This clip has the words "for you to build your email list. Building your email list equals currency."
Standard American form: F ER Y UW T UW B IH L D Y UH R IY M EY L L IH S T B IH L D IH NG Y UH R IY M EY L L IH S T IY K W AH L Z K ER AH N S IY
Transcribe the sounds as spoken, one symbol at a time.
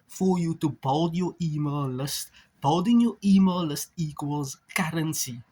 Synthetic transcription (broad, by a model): F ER Y UW T UW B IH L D Y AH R IY M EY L L IH S T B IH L D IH NG Y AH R IY M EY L L IH S T IY K W AH L Z K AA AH N S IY